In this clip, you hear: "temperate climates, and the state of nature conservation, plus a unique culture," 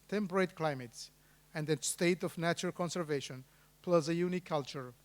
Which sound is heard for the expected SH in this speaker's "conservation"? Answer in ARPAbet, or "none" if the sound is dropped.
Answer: SH